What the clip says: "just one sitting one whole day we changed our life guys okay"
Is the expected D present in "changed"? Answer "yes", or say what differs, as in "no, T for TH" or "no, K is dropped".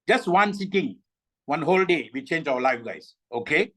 no, D is dropped